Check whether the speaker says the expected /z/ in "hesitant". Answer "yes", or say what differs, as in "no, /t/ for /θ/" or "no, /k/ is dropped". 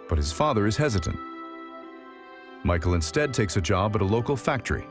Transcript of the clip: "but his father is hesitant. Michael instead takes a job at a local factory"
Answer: yes